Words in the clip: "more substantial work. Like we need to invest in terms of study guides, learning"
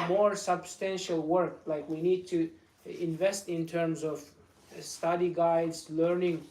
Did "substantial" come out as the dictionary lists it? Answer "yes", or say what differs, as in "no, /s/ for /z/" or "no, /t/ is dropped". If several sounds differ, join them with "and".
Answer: yes